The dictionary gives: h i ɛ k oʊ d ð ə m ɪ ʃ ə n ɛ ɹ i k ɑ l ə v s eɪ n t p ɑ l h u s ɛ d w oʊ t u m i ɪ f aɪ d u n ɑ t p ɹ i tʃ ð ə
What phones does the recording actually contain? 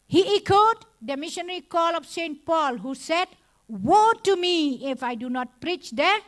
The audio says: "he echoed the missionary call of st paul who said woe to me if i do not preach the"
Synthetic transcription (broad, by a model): h i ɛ k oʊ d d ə m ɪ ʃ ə n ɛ ɹ i k ɑ l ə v s eɪ n t p ɑ l h u s ɛ d w oʊ t u m i ɪ f aɪ d u n ɑ t p ɹ i tʃ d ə